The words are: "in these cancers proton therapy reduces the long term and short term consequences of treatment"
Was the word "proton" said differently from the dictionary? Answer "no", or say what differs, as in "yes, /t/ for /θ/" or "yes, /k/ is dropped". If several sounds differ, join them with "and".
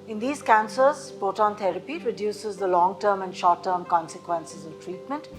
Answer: yes, /ɹ/ is dropped